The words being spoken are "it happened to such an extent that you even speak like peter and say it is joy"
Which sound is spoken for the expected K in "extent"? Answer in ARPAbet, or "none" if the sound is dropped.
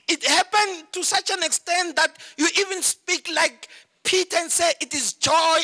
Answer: K